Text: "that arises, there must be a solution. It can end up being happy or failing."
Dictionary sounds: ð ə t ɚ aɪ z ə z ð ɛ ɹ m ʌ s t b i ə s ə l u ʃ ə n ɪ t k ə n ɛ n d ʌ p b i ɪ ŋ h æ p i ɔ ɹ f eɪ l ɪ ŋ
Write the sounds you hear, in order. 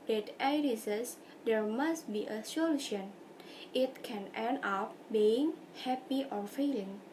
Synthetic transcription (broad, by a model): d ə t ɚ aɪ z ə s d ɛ ɹ m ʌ s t b i ə s ə l u ʃ ə n ɪ t k ə n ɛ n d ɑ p b i ɪ ŋ h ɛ p i ɔ ɹ f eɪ l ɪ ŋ